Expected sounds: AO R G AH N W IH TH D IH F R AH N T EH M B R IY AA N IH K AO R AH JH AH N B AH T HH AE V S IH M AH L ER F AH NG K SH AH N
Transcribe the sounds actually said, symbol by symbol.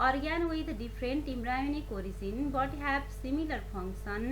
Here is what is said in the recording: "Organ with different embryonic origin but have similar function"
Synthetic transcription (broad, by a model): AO R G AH N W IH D D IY P R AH N T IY M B R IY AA N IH K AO R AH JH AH N B AH T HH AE B S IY M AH L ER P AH NG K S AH N